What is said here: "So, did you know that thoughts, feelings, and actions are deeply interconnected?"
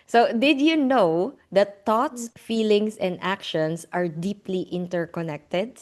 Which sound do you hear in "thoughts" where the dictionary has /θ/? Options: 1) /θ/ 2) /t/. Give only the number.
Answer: 2